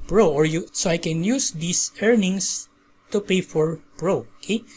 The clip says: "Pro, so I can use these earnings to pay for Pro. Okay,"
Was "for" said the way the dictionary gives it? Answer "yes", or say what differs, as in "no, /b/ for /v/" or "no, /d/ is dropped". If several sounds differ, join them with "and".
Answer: yes